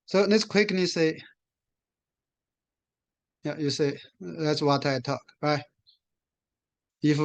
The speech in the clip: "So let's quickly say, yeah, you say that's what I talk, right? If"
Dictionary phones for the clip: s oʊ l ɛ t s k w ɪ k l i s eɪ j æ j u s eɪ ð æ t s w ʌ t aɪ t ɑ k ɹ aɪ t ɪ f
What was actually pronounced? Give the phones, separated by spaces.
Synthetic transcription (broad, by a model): s oʊ n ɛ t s k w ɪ k n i s eɪ j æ j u s eɪ ð æ t s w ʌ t aɪ t ɑ k ɹ aɪ t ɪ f